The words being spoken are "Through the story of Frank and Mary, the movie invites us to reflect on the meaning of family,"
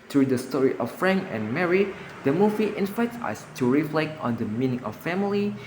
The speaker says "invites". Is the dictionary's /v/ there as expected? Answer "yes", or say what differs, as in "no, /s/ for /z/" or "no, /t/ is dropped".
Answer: no, /f/ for /v/